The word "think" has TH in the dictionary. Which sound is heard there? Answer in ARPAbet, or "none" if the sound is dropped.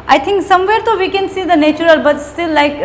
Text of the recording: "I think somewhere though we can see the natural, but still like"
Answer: T